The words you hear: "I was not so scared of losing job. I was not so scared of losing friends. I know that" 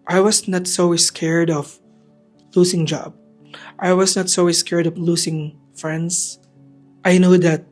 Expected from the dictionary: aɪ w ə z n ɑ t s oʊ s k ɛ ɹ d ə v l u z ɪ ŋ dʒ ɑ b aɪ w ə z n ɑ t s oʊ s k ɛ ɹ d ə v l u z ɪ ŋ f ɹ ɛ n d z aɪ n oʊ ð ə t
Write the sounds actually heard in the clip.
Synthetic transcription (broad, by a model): aɪ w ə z n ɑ t s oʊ s k ɛ ɹ d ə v l u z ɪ ŋ dʒ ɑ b aɪ w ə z n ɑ t s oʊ s k ɛ ɹ d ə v l u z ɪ ŋ f ɹ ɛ n d s aɪ n oʊ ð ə t